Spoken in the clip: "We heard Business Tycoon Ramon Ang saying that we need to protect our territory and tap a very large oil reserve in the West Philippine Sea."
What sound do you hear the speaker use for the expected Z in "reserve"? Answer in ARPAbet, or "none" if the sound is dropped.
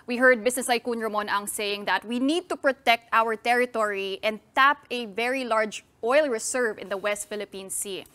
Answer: S